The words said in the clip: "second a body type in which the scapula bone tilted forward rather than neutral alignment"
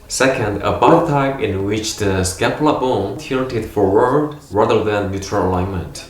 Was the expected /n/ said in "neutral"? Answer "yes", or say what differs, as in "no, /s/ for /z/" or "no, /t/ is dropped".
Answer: no, /l/ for /n/